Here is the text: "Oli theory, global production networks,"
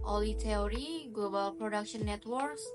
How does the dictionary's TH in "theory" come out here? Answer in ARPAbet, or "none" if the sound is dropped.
T